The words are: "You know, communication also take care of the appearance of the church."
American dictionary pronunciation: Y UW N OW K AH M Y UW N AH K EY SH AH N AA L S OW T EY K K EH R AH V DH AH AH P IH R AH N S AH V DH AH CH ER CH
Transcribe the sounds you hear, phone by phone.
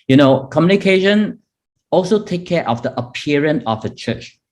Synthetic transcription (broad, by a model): Y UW N OW K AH M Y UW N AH K EY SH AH N AA L S OW T EY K K EH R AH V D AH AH P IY R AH N AH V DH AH CH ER CH